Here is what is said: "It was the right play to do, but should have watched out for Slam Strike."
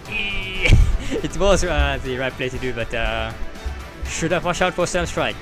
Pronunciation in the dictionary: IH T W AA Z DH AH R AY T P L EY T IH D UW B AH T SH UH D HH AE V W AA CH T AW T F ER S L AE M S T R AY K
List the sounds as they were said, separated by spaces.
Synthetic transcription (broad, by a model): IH T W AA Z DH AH R AY T P L EY T IH D UW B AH T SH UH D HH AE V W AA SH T AW T F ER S AA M S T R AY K